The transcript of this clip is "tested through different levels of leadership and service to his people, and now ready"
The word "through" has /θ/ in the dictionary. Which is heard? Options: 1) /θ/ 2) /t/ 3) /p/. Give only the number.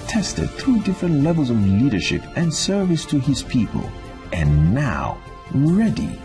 1